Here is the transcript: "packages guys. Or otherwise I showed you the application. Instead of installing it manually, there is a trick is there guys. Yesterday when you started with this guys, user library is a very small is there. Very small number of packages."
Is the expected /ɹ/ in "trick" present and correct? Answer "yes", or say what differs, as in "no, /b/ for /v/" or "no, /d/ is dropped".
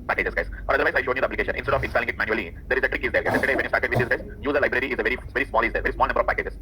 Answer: yes